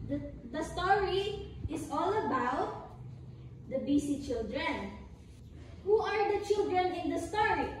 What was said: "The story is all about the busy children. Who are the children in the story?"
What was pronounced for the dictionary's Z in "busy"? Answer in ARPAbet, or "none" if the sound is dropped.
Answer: S